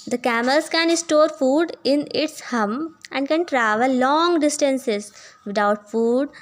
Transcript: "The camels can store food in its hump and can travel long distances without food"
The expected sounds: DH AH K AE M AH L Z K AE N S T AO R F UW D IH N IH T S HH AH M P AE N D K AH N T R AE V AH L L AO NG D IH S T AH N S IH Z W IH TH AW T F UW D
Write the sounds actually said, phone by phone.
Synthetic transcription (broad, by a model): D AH K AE M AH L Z K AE N S T AO R F UW D IH N IH T S HH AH M AE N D K AH N T R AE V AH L L AO NG D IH S T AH N S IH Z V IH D AW T F UW D